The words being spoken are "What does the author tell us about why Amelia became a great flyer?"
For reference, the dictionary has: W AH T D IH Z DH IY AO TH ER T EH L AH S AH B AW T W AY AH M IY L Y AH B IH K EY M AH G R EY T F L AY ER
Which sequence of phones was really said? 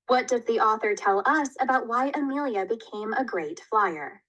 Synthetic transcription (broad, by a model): W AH T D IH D DH IY AO TH ER T EH L AH S AH B AW T W AY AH M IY L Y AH B IH K EY M AH G R EY T F L AY ER